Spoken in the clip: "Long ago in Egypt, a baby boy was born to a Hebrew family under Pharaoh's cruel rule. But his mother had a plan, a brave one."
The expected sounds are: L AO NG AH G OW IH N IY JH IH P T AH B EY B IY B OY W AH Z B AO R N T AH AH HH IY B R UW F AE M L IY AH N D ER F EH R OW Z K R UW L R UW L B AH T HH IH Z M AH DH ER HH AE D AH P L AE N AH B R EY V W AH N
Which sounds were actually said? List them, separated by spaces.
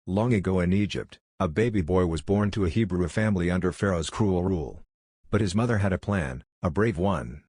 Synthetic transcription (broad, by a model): L AO NG AH G OW IH N IY JH IH P T AH B EY B IY B OY W AH Z B AO R N T AH AH HH IY B R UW F AE M L IY AH N D ER F EH R OW Z K R UW L R UW L B AH T HH IH Z M AH DH ER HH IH D AH P L AE N AH B R EY V W AH N